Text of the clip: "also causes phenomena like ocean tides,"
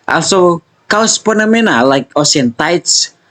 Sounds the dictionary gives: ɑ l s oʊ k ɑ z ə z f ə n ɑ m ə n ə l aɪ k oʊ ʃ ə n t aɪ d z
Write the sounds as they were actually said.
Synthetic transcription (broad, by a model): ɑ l s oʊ k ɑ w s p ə n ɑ m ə n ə l aɪ k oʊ s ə n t aɪ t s